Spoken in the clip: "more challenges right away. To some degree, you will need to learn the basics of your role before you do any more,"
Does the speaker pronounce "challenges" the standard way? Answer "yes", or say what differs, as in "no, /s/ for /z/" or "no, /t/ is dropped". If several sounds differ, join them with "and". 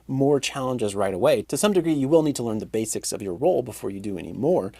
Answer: yes